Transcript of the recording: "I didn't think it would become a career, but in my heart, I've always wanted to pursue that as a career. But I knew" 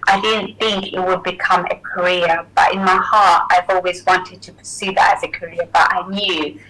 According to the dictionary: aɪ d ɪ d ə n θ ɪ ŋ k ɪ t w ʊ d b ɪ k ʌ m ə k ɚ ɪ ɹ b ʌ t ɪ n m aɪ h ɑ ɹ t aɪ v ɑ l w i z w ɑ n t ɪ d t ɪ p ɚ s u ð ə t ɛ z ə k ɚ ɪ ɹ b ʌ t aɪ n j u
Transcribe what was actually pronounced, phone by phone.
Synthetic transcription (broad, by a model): aɪ d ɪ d n θ ɪ ŋ k ɪ t w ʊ d b ɪ k ʌ m ə k ɚ ɪ ɹ b ʌ t ɪ n m aɪ h ɑ ɹ t aɪ v ɑ l w i z w ɑ n t ɪ d t ɪ p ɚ s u ð ə t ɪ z ə k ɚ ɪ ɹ b ʌ t aɪ n j u